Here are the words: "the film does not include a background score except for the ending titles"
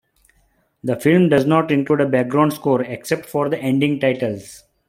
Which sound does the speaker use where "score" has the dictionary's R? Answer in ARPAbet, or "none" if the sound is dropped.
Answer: R